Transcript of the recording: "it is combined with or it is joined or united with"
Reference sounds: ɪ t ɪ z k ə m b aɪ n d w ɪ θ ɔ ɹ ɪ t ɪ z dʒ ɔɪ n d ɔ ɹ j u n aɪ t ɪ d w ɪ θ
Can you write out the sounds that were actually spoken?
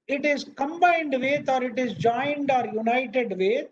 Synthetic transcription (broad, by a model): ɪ t ɪ z k ə m b aɪ n d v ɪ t ɔ ɹ ɪ t ɪ z dʒ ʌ n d ɔ ɹ j u n aɪ t ɪ d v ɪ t